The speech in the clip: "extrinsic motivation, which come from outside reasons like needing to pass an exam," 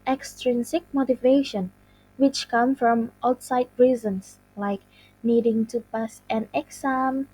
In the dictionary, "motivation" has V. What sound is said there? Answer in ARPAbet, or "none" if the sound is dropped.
V